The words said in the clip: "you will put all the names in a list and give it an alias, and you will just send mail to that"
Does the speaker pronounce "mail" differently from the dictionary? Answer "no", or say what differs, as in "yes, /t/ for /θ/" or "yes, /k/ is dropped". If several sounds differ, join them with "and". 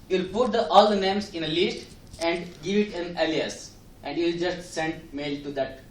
no